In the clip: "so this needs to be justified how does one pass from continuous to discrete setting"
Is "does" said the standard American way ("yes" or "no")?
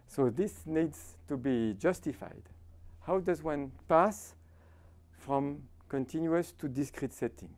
yes